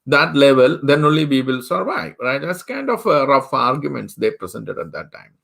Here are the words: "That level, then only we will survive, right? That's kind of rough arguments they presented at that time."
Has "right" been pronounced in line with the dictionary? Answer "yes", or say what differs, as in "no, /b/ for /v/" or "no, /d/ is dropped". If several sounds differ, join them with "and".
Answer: yes